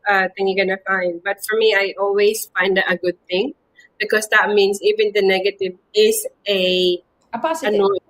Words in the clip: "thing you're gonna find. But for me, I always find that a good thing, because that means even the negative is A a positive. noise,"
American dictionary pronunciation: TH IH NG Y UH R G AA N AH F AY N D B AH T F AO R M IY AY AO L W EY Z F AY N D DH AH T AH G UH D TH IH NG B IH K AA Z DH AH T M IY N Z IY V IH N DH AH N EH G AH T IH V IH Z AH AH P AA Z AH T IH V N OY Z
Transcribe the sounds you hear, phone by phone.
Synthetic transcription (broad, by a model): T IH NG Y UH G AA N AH F AY N D B AH T F AO R M IY AY AO L W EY S F AY N D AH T AH G UH D TH IH NG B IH K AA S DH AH T M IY N S IY V IH N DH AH N EH G AH T IH V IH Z AH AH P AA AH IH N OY